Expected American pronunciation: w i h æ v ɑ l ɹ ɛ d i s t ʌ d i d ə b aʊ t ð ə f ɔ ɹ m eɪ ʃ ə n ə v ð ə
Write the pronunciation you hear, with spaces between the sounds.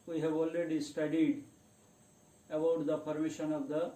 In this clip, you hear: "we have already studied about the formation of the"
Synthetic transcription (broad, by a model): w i h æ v ɑ l ɹ ɛ d i s t ʌ d i d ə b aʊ t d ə p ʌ ɹ m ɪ ʃ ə n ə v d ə